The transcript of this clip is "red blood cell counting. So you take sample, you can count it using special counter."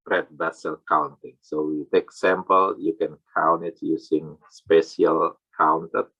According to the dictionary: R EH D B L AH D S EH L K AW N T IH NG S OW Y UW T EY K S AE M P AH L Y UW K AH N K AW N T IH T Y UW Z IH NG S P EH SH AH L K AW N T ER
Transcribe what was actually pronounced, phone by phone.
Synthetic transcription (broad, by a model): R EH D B AH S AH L K AW N T IH NG S OW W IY T EY K S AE M P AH L Y UW K AH N K AW N IH T Y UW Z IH NG S P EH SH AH L K AW N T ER